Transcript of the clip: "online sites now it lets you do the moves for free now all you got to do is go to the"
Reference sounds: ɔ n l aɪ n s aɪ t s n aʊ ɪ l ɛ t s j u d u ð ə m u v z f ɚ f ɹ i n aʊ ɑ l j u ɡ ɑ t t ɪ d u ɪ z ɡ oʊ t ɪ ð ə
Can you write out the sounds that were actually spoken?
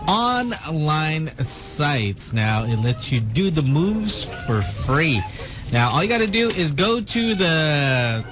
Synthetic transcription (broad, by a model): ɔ n l aɪ n s aɪ t s n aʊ ɪ l ɛ t s j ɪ d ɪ ð ə m u v z f ɚ f ɹ i n aʊ ɑ l j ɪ ɡ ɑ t t ɪ d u ɪ z ɡ oʊ t ɪ ð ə